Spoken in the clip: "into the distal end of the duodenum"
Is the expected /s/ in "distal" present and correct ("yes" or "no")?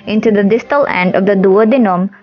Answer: yes